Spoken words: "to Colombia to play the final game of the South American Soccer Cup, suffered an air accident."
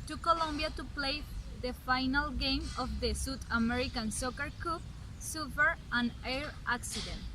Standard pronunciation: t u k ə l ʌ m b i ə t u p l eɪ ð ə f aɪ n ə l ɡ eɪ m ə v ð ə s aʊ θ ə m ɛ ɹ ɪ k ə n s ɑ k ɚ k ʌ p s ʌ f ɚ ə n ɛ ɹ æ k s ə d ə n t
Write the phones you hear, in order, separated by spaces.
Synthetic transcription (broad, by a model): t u k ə l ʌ m b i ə t u p l eɪ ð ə f aɪ n ə l ɡ eɪ m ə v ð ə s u t ə m ɛ ɹ ɪ k ə n s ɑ k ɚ k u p s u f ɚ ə n ɛ ɹ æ k s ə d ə n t